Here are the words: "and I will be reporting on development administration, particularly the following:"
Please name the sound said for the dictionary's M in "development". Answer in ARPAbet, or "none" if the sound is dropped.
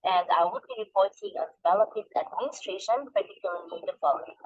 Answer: none